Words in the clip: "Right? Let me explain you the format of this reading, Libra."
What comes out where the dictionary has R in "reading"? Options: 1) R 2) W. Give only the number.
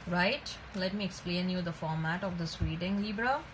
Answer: 2